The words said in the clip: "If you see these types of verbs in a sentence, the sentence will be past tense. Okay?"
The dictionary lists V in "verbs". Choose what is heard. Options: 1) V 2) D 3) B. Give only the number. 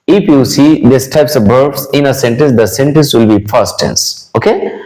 3